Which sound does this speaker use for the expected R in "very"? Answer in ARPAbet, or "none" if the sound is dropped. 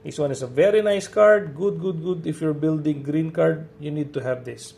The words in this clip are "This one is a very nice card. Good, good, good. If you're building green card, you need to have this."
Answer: R